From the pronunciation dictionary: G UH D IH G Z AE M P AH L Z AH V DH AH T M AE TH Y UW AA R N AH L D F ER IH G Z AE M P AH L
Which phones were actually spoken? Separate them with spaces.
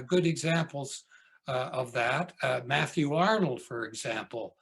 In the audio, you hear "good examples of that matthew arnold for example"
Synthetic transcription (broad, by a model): G UH D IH G Z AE M P L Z AH V DH AH T M AE TH Y UW AA R N L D F ER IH G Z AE M P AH L